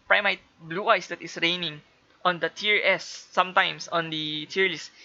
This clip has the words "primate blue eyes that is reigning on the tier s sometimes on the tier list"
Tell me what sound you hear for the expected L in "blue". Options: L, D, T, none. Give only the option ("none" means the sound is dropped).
L